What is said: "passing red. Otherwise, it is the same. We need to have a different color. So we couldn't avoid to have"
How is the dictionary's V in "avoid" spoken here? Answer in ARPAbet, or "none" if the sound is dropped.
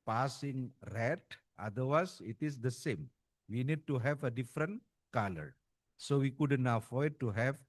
F